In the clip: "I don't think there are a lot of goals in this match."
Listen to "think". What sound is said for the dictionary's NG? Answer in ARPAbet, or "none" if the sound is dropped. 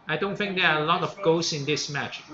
NG